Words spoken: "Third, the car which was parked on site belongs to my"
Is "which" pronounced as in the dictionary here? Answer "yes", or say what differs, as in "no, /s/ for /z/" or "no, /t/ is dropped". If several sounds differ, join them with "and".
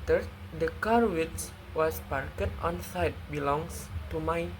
no, /s/ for /tʃ/